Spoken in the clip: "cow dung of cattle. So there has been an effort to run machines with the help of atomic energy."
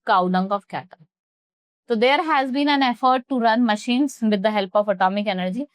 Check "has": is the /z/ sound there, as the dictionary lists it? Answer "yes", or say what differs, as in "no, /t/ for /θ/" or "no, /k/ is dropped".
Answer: yes